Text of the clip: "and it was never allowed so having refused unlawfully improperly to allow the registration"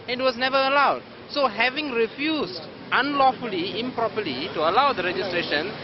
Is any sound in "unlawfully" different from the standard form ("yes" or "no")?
no